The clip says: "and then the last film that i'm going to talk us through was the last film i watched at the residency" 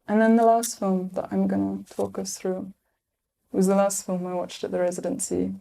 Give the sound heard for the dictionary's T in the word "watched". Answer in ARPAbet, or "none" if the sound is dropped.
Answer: T